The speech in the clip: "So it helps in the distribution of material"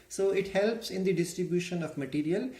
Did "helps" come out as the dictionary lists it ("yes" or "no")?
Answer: yes